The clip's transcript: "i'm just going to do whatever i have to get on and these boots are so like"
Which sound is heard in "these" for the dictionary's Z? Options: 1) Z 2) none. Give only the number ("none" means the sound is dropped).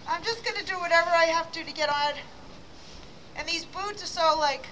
1